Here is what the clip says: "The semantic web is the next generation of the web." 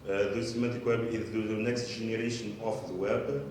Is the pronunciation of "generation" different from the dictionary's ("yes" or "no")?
yes